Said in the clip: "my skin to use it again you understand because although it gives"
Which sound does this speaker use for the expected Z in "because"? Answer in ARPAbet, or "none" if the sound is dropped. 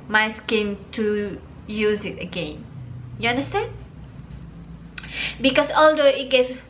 S